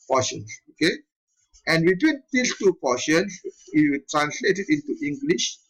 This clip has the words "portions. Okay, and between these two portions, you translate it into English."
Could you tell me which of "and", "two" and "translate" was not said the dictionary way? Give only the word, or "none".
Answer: none